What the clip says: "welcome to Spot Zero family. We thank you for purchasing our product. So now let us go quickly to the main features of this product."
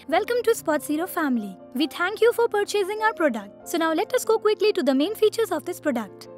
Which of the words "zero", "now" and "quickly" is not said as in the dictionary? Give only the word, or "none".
zero